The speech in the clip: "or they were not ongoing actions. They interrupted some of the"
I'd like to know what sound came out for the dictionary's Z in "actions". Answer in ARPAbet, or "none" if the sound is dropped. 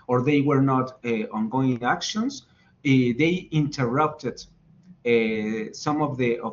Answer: S